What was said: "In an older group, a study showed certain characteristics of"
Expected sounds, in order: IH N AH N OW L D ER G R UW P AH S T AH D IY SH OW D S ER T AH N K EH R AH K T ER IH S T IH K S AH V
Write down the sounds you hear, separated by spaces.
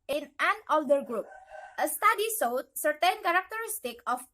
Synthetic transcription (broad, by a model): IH N AH N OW L D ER G R UW P AH S T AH D IY S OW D S ER T AH N K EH R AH K T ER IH S T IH K AH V